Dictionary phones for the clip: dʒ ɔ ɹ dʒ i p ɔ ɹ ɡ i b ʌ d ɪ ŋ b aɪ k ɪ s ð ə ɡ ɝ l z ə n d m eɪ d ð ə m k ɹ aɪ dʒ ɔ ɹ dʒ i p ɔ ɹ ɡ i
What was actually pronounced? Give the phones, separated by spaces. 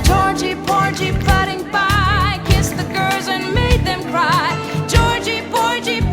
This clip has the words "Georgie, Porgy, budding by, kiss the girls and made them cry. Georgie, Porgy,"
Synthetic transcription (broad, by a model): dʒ ɔ ɹ dʒ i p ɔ ɹ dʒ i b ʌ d ɪ ŋ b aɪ k ɪ s ð ə ɡ ɝ l z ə n m eɪ d ð ə m k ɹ aɪ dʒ ɔ ɹ dʒ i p ɔ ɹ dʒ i